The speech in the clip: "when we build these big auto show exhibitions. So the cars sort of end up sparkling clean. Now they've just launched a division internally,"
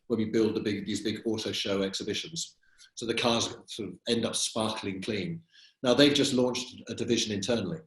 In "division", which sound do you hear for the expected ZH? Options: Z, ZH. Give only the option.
ZH